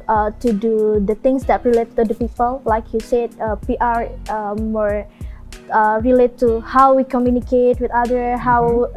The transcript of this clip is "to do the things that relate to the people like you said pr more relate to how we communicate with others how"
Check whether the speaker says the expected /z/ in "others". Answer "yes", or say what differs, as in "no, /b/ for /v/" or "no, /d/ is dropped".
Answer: no, /z/ is dropped